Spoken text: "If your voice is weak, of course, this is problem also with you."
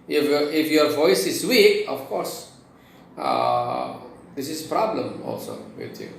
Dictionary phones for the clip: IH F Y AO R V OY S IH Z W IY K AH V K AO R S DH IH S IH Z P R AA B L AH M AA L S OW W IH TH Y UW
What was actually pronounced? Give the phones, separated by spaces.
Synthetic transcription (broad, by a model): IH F Y AO R V OY S IH Z W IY AH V K AO R S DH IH S IH Z P R AA B L AH M AA L S OW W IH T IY